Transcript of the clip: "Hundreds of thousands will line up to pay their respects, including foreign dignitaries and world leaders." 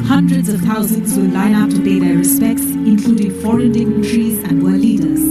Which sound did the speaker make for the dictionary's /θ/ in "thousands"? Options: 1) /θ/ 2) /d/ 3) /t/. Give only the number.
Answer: 3